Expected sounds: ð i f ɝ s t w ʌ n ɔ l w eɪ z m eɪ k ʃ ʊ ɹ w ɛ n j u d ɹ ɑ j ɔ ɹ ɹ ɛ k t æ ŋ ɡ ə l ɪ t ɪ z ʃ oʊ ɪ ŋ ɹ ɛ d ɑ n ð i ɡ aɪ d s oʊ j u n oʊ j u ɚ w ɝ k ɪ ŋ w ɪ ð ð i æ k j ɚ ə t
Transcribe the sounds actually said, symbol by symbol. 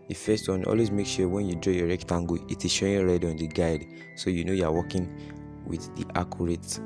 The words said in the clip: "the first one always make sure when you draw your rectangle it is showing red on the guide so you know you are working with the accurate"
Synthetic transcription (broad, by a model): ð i f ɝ s t w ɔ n ɔ l w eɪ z m eɪ k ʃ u w ɛ n j u d ɹ ɑ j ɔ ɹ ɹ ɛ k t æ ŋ ɡ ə ɪ t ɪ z ʃ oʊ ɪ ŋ ɹ ɛ d ɑ n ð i ɡ aɪ d s oʊ j u n oʊ j u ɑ w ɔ k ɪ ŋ w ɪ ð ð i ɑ k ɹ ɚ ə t